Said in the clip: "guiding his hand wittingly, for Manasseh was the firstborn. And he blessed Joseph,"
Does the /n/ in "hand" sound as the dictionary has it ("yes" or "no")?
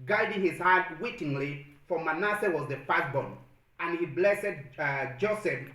no